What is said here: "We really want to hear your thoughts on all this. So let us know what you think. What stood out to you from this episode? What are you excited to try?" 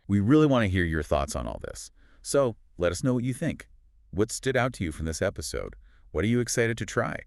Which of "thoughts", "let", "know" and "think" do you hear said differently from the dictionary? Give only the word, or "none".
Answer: none